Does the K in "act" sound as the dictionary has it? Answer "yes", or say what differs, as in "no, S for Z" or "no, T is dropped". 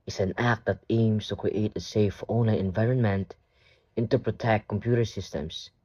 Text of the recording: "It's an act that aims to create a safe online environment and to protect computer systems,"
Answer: yes